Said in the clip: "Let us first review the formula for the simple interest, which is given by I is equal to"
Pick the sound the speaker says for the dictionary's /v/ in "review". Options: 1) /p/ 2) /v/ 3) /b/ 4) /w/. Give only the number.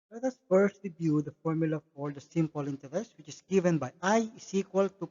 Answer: 3